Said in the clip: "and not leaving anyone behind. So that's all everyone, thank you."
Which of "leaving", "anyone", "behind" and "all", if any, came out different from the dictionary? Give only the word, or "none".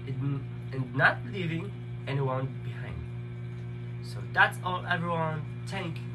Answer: none